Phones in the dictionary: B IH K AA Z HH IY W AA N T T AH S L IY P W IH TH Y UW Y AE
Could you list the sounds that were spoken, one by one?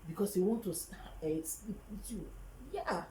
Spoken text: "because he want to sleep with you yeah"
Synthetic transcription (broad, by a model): B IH K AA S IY W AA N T S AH S L IY P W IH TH Y UW Y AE